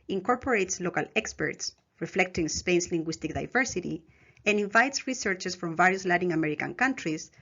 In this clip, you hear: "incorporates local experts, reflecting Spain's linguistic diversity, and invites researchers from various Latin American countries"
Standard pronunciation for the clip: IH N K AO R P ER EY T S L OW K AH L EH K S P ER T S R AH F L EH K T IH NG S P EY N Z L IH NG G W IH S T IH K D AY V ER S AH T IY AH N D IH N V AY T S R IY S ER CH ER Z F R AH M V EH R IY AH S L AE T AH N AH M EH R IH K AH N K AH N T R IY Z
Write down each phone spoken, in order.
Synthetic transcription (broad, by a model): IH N K AO R P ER EY T S L OW K AH L EH K S P ER T S R AH F L EH K T IH NG S P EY N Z L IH NG G W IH S T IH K D AY V ER S AH T IY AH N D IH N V AY T S R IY S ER CH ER S F R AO M V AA R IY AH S L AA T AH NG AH M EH R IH K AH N K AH N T R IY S